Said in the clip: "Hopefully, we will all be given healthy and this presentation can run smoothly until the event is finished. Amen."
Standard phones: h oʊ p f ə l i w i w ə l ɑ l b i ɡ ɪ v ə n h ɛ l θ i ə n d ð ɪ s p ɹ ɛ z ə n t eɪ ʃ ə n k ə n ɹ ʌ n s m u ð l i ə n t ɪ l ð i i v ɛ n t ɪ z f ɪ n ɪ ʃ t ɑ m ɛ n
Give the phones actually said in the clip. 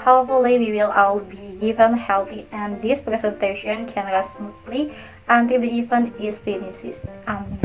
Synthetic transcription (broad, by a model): h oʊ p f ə l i w i w ə l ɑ w b i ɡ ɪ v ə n h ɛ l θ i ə n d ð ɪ s p ɹ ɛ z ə n t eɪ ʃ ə n k ə n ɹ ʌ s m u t l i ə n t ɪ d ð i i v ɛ n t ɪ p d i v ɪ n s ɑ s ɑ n